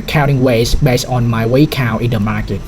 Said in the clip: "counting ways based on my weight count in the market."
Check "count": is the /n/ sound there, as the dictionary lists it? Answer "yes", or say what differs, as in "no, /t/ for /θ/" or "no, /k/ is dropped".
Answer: no, /n/ is dropped